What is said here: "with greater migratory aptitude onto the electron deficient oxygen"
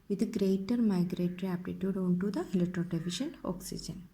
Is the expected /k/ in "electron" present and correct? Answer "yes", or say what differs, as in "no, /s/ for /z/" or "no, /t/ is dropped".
no, /k/ is dropped